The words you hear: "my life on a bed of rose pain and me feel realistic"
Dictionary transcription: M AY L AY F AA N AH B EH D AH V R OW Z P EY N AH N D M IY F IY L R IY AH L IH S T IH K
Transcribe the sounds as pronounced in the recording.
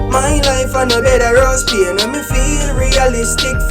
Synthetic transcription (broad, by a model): M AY L AY F AA N AH B EH D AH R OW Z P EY AH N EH M IY F IY L R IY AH L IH S T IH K